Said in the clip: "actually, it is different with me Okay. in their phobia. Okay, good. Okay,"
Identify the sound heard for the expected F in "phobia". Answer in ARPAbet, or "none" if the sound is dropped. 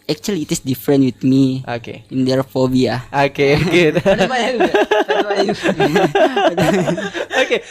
F